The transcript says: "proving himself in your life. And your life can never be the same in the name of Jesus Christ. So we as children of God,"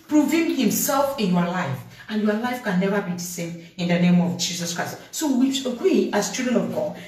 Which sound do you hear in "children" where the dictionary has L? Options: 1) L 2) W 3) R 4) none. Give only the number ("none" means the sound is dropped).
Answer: 4